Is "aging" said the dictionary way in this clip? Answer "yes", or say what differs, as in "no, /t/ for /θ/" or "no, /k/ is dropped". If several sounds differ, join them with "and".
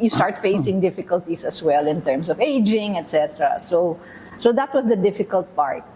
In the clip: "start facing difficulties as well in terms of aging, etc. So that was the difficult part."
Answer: yes